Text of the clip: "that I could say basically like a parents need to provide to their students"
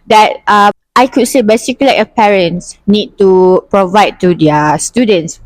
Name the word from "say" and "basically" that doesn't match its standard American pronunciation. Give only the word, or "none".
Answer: basically